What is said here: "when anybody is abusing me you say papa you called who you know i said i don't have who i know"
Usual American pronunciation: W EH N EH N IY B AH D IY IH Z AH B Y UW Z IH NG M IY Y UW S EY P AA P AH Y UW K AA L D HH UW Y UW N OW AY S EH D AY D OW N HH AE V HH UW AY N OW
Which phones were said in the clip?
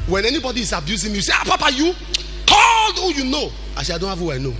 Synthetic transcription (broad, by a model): W EH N EH N IY B AH D IY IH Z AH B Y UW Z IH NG M IY Y UW S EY P AA P AH Y UW K AA L D HH UW Y UW N OW AY SH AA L D OW N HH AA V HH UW AY N OW